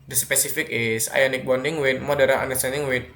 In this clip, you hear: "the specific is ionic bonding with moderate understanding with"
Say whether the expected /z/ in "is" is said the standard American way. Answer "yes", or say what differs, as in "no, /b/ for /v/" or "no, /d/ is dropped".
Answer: no, /s/ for /z/